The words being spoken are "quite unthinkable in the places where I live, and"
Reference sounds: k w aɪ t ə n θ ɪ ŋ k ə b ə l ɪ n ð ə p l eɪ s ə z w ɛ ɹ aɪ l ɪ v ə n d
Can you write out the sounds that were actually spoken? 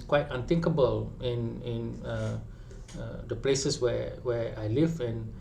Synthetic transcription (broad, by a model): k w aɪ t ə n t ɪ ŋ k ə b ə l ɪ n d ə p l eɪ s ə s w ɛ w aɪ l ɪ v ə n